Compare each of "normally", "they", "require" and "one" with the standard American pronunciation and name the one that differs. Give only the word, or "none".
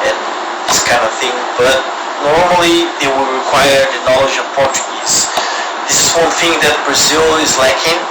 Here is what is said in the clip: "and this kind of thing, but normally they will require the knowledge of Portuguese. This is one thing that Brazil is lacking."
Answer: none